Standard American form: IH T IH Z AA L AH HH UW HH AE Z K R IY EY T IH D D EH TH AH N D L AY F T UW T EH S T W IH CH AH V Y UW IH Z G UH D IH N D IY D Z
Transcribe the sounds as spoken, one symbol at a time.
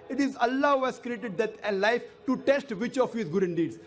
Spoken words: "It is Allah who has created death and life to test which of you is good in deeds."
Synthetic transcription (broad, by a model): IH T IH Z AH L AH HH UW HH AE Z K R IY EY T IH D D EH T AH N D L AY F T UW T EH S T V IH CH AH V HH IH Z G UH D IH N D IY D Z